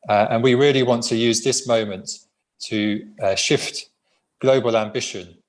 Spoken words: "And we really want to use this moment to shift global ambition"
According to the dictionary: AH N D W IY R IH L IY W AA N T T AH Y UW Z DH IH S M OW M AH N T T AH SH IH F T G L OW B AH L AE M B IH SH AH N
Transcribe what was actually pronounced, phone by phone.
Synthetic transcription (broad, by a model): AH N W IY R IH L IY W AA N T T AH Y UW Z DH IH S M OW M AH N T T AH SH IH F T G L OW B AH L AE M B IH SH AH N